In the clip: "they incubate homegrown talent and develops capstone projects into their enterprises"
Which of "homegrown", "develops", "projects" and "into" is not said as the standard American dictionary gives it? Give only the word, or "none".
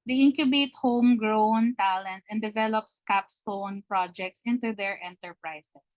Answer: none